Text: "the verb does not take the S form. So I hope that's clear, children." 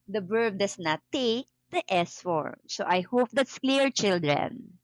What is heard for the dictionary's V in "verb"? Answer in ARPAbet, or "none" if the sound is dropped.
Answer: B